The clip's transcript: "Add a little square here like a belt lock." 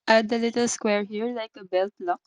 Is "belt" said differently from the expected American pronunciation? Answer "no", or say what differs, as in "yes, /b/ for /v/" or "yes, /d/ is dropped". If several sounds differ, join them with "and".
no